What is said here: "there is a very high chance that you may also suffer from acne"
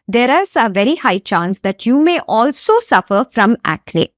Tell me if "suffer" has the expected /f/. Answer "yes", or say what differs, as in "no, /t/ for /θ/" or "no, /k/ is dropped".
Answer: yes